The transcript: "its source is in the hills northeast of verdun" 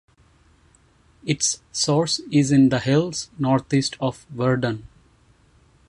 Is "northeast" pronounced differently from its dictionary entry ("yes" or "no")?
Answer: yes